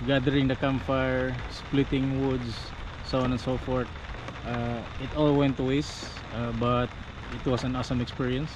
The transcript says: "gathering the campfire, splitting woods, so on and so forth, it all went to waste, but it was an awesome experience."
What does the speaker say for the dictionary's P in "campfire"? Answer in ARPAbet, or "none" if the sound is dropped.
none